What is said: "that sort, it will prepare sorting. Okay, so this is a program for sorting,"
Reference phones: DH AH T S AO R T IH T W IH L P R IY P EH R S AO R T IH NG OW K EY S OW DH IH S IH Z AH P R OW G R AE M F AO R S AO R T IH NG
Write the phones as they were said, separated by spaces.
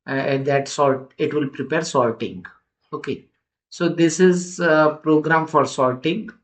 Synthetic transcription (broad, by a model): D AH T S AO L T IH T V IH L P R IY P EH R S AO L T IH NG OW K EY S OW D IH S IH Z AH P R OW G R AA M F AO R S AO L T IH NG